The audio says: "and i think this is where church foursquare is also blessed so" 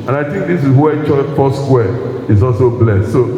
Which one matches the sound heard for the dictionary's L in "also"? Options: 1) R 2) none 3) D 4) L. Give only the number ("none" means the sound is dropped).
4